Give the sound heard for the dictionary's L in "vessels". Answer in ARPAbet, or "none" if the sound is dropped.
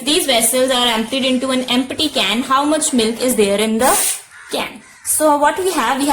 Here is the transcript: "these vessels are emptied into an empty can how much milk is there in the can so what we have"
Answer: L